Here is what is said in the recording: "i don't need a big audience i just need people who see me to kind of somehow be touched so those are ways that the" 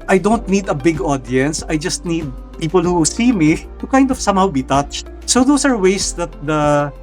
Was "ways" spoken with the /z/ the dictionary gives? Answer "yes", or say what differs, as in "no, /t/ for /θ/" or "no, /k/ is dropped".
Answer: no, /s/ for /z/